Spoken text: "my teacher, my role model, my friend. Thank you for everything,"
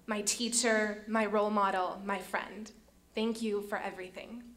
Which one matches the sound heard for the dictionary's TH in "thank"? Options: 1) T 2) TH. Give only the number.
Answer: 2